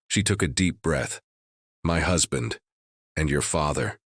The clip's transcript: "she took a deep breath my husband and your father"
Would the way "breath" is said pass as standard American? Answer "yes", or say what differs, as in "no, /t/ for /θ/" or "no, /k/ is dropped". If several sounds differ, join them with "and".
yes